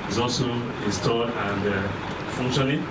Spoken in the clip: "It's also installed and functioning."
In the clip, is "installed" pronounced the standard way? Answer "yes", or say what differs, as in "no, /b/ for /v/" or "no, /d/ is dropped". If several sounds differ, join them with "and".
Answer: no, /l/ is dropped